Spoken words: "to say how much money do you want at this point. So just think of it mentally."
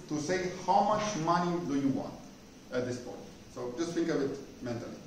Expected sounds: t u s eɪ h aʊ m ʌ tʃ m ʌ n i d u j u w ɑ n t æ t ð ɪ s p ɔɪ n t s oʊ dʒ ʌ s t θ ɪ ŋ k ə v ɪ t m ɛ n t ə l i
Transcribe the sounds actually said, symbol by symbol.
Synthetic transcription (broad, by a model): t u s eɪ h aʊ m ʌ tʃ m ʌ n i d u j u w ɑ n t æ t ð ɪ s p ɔɪ n t s oʊ dʒ ʌ s t f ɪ ŋ k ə b ɪ t m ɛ n t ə l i